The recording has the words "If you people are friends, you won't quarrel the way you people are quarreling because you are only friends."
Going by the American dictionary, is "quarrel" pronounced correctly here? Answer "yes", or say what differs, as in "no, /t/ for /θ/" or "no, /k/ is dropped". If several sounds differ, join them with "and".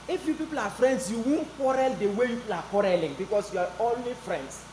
yes